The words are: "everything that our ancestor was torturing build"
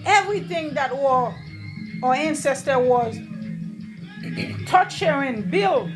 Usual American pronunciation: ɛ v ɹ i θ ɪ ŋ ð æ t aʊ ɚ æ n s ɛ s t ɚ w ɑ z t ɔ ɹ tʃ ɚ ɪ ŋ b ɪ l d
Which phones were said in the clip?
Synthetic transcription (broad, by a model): ɛ v ɹ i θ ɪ ŋ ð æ t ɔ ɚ æ n s ɛ s t ɚ w ɑ z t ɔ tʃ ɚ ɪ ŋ b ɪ l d